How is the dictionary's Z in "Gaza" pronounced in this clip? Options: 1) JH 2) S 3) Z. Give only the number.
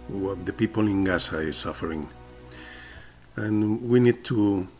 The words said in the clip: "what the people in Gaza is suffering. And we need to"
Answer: 2